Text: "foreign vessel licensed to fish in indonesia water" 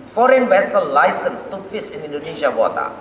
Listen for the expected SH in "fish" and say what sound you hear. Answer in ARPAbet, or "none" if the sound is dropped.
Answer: S